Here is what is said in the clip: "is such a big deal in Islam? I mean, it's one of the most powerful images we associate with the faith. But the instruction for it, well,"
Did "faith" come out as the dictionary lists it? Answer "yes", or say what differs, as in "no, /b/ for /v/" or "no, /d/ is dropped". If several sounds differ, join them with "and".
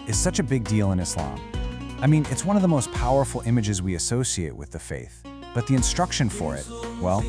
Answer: yes